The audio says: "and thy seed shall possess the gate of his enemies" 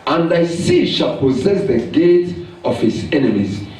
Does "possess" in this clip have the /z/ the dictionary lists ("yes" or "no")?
yes